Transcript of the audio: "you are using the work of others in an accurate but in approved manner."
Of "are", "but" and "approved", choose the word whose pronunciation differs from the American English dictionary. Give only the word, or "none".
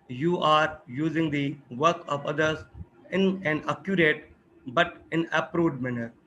approved